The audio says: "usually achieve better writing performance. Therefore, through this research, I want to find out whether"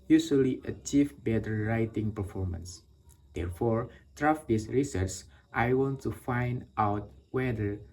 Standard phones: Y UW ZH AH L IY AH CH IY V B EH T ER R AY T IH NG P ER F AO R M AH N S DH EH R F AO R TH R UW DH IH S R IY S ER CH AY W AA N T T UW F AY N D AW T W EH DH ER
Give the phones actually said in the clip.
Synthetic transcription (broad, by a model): Y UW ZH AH L IY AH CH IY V B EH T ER R AY T IH NG P ER F AO R M AH N S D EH R F AO R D R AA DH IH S R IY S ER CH AY W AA N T T UW F AY N D AW T W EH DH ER